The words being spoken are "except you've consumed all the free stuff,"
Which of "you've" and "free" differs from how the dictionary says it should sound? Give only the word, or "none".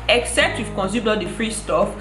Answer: you've